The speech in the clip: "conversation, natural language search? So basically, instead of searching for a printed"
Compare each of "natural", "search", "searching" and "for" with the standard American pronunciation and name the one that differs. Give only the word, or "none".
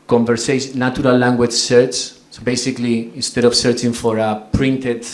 natural